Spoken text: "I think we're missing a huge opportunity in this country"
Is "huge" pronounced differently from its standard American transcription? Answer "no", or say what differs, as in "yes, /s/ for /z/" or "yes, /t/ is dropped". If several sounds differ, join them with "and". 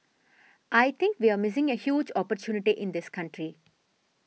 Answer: no